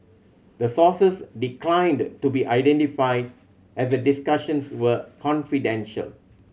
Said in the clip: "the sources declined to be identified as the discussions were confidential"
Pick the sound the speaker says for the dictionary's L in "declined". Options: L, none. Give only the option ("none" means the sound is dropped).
L